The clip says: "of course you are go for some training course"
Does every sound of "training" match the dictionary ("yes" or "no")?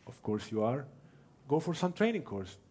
yes